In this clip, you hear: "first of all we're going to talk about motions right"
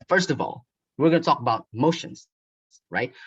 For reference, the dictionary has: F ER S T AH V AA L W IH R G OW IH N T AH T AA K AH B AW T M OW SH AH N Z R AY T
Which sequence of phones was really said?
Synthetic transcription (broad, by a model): F ER S T AH V AA L W IH R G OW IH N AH T AA K AH B AW T M OW SH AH N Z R AY T